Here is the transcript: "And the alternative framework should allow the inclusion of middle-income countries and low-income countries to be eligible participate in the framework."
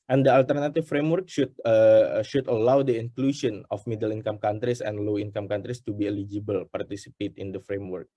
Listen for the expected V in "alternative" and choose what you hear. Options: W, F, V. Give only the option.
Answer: F